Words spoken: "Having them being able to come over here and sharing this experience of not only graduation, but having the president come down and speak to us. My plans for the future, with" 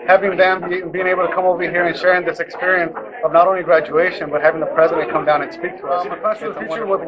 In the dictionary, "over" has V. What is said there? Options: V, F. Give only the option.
V